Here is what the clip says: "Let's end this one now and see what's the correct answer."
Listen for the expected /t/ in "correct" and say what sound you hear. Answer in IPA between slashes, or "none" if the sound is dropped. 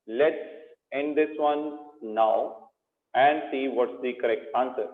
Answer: /t/